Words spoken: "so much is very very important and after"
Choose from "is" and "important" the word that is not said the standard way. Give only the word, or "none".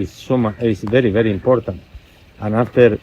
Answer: is